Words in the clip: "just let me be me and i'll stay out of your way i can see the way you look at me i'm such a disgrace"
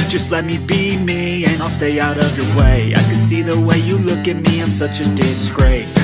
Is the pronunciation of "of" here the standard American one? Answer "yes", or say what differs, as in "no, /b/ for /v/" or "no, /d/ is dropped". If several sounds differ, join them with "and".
yes